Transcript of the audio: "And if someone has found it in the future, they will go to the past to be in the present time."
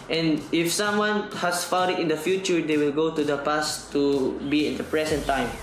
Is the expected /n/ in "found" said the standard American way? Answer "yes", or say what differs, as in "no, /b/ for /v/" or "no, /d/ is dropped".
no, /n/ is dropped